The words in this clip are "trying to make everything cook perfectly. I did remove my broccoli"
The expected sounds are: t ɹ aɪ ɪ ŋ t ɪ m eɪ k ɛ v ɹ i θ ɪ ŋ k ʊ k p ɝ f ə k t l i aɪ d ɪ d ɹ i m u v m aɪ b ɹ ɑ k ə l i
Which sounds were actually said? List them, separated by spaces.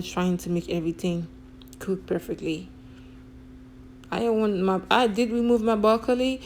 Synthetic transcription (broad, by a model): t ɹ aɪ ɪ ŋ t ɪ m eɪ k ɛ v ɹ i θ ɪ ŋ k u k p ɝ f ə k t l i aɪ d ɪ d ɹ i m u v m aɪ b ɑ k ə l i